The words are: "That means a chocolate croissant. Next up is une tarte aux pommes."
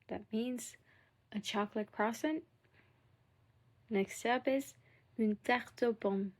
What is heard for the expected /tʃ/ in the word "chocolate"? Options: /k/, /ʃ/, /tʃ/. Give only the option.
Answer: /tʃ/